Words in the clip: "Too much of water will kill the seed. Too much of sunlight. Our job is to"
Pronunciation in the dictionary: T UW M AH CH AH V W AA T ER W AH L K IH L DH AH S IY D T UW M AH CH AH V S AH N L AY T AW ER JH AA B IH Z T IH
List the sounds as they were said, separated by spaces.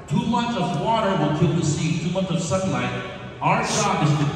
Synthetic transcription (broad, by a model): T UW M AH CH AH V W AA T ER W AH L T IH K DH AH S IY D T UW M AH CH AH V S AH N L AY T AW ER SH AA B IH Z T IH